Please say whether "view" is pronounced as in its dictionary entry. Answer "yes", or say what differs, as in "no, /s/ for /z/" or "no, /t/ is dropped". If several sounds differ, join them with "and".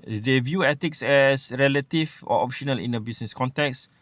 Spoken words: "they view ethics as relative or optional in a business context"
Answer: yes